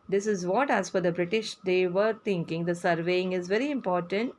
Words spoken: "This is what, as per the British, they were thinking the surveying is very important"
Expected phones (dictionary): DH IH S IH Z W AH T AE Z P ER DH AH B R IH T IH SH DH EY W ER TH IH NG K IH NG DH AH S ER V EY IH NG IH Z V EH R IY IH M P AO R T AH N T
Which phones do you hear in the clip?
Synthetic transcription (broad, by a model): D IH S IH Z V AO T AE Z F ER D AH B R IH T IH SH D EY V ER T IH NG K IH NG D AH S ER V EY IH NG IH Z V EH R IY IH M P AO R T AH N T